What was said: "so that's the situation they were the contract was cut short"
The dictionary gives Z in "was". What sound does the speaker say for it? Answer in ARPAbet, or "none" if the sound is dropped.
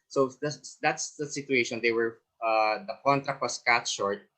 S